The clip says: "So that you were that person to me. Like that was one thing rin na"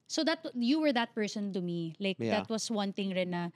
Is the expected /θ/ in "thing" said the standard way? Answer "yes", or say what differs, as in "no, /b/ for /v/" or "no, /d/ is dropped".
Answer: no, /t/ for /θ/